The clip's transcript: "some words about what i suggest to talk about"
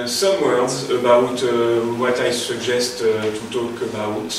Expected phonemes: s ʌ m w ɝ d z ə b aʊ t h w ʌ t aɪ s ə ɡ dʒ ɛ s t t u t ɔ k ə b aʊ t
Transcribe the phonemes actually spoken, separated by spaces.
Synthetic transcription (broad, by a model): s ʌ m w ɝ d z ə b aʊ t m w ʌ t aɪ s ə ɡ ʒ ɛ s t t u t ɔ k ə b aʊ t